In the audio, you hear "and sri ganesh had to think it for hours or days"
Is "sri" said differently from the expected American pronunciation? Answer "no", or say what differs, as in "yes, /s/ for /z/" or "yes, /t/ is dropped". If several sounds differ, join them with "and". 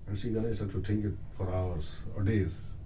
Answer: yes, /ɹ/ is dropped